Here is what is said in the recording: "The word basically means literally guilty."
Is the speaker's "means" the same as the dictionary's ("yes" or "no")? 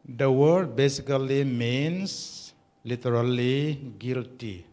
no